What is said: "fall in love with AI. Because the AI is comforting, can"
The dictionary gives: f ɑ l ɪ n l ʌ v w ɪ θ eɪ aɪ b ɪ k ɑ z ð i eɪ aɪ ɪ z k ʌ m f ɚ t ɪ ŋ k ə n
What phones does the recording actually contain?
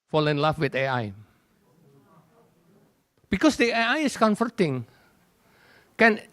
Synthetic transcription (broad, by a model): f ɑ l ɪ n l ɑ f w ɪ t eɪ aɪ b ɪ k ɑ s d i eɪ aɪ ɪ s k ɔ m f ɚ t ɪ ŋ k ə n